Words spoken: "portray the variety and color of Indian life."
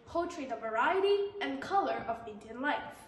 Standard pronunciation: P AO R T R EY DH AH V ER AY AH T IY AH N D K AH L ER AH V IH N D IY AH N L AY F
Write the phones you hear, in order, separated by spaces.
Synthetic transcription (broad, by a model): P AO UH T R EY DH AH V ER AY AH T IY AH N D K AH L ER AH V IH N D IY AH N L AY F